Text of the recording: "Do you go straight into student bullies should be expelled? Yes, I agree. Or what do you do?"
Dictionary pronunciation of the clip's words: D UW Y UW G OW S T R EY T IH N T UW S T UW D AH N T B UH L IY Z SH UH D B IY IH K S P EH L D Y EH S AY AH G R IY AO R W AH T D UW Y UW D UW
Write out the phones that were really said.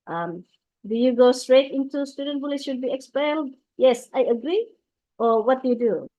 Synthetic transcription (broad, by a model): D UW Y UW G OW S T R EY T IH N T UW S T UW D AH N T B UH L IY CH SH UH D B IY IH K S P EH L D Y EH S AY AH G R IY AO R W AH T D UW Y UW D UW